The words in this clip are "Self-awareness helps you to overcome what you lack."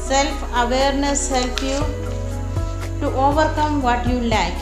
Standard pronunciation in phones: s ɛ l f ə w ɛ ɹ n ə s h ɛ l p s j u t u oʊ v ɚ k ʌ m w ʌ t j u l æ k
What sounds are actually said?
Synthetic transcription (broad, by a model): s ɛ l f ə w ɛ ɹ n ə s h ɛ l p j u t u oʊ v ɚ k ʌ m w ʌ t j u l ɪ k